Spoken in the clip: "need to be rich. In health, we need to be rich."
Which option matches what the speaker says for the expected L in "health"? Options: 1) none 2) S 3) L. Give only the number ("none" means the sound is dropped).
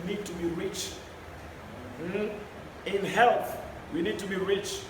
3